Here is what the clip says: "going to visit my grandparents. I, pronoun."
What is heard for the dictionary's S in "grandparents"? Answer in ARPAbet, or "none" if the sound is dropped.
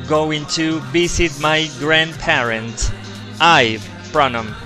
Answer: none